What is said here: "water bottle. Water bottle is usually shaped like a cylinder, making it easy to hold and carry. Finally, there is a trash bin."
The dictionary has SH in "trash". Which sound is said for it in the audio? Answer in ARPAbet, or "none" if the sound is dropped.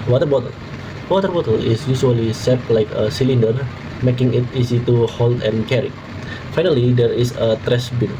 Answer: S